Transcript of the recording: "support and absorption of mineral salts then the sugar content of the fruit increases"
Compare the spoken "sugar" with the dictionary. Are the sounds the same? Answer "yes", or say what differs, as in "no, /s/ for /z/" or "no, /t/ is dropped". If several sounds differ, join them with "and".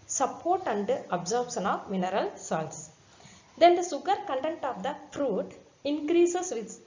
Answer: no, /s/ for /ʃ/